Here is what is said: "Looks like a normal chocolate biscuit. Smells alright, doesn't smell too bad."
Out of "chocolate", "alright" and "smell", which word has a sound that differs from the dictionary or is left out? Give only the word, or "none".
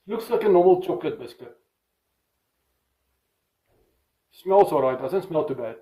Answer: alright